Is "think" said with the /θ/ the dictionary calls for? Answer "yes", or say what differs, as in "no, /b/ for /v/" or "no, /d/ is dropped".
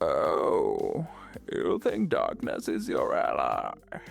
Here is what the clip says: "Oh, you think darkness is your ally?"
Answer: yes